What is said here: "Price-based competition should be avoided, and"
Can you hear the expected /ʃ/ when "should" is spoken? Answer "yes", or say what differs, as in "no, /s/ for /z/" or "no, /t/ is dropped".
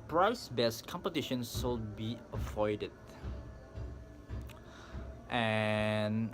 no, /s/ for /ʃ/